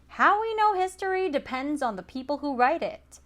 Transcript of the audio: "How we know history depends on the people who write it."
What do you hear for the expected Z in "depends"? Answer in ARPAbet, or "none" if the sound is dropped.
Z